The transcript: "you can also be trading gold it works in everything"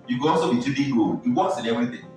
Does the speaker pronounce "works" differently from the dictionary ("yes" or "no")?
yes